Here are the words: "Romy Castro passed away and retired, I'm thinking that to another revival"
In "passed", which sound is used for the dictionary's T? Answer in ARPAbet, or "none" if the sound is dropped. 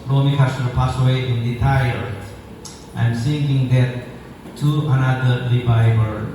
none